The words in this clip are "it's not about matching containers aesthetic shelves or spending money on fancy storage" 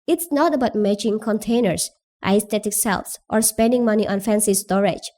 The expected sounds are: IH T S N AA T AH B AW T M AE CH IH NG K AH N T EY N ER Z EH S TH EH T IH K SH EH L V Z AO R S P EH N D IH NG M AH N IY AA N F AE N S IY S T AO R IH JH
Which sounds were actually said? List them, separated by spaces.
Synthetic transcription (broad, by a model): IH T S N AA T AH B AW T M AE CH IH NG K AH N T EY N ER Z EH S T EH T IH K S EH L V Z AO R S P EH N D IH NG M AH N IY AA N F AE N S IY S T AO R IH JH